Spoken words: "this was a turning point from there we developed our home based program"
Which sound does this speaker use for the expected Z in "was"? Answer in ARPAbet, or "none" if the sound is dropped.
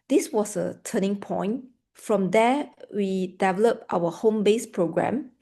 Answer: S